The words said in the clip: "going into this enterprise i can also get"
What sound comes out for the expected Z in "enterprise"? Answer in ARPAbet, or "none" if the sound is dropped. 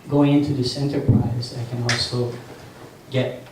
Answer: Z